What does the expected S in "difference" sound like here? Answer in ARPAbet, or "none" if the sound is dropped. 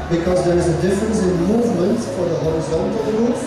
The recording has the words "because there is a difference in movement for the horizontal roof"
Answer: S